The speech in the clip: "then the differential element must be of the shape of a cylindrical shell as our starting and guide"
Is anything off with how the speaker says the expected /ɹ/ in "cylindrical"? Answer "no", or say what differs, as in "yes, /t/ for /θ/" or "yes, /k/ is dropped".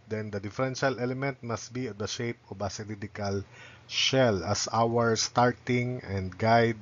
yes, /ɹ/ is dropped